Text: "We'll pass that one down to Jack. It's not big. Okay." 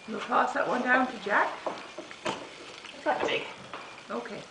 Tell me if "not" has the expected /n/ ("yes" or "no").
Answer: no